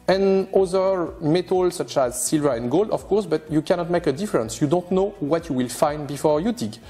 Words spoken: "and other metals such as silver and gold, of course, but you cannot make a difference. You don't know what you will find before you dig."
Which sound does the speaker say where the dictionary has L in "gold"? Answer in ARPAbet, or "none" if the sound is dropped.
L